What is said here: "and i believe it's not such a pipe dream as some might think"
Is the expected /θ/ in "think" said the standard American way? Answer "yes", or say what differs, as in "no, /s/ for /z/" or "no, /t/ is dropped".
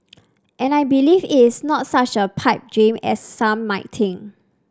no, /t/ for /θ/